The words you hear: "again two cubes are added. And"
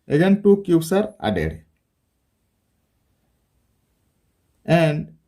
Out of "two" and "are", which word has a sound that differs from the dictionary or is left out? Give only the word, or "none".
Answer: none